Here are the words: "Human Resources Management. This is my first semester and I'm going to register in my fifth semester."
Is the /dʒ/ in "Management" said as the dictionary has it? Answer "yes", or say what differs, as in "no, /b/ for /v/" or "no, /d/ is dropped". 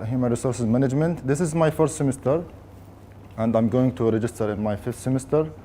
yes